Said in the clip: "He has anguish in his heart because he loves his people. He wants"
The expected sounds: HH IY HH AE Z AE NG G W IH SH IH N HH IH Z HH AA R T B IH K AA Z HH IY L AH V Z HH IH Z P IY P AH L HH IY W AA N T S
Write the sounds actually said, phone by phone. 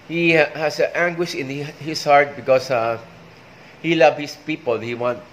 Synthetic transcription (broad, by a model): HH IY HH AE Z AE NG G W IH SH IH N HH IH S HH AA R T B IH K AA S HH IY L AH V HH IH S P IY P AH L HH IY W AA N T